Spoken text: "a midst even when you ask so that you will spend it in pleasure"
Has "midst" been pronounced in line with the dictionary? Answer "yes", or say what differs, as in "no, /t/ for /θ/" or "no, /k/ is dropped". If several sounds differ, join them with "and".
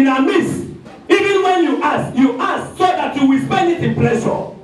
no, /t/ is dropped